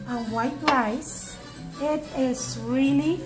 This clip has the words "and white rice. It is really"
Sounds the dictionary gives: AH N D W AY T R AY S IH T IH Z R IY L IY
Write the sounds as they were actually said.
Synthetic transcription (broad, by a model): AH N W AY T L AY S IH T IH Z R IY L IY